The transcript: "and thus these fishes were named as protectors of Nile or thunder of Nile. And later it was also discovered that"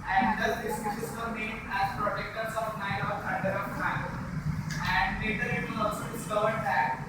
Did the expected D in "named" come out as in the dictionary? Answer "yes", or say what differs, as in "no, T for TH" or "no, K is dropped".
no, D is dropped